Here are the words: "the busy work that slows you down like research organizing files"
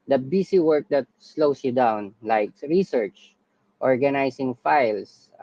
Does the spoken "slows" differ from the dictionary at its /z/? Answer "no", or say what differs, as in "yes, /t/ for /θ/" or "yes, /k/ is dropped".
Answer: yes, /s/ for /z/